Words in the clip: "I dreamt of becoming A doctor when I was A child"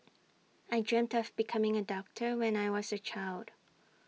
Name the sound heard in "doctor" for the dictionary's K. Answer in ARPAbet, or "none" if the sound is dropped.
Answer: K